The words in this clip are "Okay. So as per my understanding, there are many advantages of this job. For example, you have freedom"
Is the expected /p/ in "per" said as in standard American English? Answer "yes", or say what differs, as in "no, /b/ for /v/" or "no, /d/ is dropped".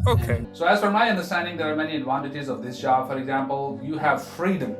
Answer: no, /f/ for /p/